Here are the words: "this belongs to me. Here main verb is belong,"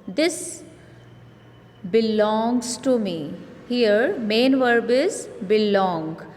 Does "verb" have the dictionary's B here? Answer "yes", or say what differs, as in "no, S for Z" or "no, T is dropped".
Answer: yes